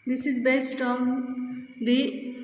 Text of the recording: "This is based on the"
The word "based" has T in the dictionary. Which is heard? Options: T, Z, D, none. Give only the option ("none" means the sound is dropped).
T